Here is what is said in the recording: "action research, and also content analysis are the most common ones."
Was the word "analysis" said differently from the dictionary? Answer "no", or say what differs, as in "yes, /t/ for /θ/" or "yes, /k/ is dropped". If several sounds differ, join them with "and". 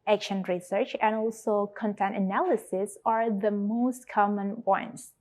no